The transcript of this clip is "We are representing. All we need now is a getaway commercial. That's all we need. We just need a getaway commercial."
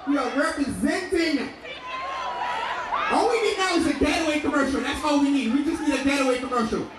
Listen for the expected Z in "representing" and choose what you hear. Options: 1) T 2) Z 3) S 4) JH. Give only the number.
2